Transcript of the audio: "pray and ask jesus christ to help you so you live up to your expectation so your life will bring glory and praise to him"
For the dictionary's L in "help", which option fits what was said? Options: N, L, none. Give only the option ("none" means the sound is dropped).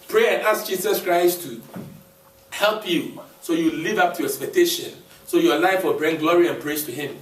L